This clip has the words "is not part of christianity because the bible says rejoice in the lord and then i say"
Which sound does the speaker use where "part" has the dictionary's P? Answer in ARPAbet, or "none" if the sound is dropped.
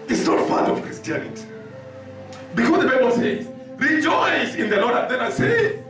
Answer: F